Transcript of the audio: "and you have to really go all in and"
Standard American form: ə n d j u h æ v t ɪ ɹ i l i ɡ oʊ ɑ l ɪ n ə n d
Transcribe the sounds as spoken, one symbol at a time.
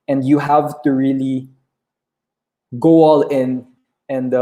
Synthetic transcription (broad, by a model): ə n d j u h æ v t ɪ ɹ i l i ɡ oʊ ɑ l ɪ n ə n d